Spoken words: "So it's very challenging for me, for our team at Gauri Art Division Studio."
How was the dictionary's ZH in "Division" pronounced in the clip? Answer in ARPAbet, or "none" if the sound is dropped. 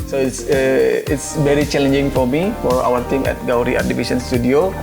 S